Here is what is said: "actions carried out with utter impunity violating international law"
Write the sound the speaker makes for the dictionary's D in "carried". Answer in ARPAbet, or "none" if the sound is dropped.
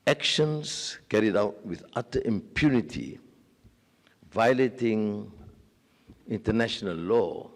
D